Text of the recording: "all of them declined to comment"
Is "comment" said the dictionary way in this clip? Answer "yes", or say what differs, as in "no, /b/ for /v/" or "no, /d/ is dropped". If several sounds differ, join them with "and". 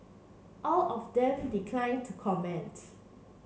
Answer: yes